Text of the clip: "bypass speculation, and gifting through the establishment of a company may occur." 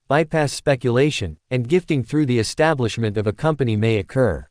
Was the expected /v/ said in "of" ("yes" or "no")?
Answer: yes